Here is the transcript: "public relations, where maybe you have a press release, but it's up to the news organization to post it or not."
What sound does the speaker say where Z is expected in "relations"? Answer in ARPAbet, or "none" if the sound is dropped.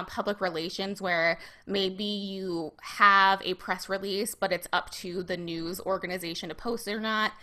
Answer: Z